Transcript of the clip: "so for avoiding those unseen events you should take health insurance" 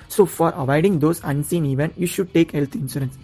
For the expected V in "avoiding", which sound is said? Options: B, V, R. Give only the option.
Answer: V